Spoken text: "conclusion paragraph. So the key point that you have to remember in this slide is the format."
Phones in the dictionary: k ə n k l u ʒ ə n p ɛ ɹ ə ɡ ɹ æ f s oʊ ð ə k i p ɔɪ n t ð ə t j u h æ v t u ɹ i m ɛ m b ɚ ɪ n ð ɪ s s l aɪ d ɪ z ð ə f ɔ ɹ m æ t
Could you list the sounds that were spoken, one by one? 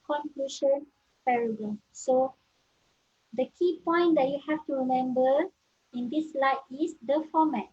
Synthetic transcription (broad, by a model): k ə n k l u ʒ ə n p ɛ ɹ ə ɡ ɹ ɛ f s oʊ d ə k i p ɔɪ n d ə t j u h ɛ f t u ɹ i m ɛ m b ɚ ɪ n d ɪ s s l aɪ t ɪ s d ə f ɔ m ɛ t